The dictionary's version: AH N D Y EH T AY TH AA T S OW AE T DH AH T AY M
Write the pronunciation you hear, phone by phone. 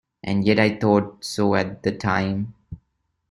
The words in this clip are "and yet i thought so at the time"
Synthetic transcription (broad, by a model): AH N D Y EH T AY T AA T S OW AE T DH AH T AY M